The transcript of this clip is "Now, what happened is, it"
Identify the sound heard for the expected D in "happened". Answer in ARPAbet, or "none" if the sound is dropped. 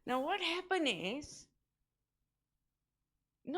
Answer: none